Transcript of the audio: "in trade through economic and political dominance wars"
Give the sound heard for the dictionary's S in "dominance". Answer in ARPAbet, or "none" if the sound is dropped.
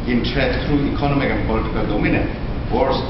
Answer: none